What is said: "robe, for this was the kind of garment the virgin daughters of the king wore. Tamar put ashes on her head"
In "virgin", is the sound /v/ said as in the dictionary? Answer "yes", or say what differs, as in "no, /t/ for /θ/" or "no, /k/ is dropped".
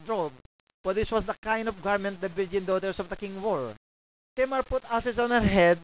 no, /b/ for /v/